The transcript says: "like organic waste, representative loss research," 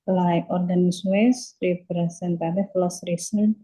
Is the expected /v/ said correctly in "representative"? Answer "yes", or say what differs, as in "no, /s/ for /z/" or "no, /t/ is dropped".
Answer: no, /f/ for /v/